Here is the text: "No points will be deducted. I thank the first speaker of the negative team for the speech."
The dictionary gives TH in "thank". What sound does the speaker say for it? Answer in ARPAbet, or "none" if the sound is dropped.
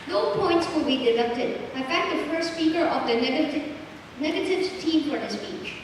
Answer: F